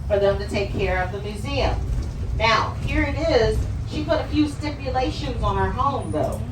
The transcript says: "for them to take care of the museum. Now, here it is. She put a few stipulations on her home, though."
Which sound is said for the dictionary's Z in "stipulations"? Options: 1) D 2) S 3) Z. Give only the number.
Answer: 3